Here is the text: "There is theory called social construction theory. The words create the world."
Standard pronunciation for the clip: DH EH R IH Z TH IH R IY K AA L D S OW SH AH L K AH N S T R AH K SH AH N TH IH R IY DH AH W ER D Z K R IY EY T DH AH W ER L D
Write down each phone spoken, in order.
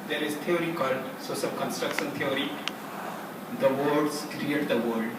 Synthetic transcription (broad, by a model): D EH R IH Z T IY R IY K AA L D S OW S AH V K AH N S T R AH K SH AH N T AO R IY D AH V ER D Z K R IY EY T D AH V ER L D